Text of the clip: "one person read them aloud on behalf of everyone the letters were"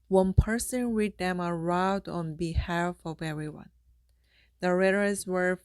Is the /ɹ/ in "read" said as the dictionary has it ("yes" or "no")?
no